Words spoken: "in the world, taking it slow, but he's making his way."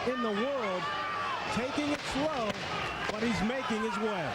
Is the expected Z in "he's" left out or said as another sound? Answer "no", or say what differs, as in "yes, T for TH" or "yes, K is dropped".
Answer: no